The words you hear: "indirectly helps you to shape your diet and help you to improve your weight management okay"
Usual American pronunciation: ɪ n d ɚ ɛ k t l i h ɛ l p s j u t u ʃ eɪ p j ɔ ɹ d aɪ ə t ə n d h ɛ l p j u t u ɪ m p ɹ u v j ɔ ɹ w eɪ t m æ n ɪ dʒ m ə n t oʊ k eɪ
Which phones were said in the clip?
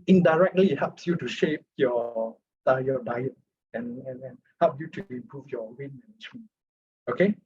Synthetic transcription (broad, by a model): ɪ n d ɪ ɛ k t l i h ɛ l p s j u t u ʃ eɪ p j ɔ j d aɪ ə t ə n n h ɛ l p j u t u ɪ m p ɹ u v j ɔ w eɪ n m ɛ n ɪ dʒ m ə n oʊ k eɪ